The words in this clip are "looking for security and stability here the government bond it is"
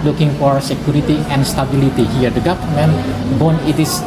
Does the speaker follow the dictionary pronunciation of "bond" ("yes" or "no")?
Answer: no